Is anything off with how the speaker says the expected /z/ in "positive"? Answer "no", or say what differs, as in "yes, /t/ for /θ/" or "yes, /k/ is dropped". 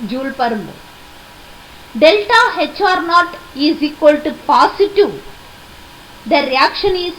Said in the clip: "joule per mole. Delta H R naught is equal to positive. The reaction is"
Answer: yes, /s/ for /z/